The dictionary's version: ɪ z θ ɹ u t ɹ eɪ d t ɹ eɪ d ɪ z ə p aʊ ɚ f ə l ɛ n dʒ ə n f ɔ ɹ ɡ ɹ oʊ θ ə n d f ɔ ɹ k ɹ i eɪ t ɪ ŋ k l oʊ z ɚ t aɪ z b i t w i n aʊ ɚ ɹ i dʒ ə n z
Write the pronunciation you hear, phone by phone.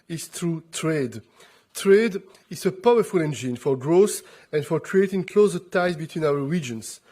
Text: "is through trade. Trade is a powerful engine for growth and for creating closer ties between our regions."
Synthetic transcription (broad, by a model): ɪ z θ ɹ u t ɹ eɪ d t ɹ eɪ d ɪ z ə p aʊ ɚ f ə l ɛ n dʒ ə n f ɔ ɹ ɡ ɹ oʊ s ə n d f ɔ ɹ k ɹ i eɪ t ɪ ŋ k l oʊ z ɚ t aɪ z b i t w i n aʊ ɚ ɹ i dʒ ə n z